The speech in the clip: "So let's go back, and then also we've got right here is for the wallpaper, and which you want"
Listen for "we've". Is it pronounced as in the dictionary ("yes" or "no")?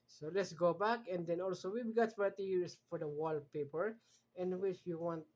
no